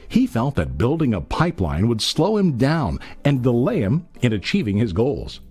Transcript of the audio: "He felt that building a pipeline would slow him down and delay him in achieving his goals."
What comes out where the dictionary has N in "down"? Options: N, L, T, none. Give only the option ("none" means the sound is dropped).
N